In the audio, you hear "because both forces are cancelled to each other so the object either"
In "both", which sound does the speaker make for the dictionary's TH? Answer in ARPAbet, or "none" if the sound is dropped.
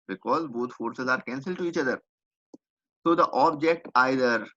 T